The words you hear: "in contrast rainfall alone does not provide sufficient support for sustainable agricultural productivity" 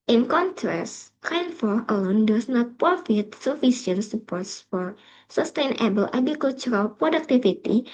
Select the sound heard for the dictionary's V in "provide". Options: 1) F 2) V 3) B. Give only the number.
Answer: 1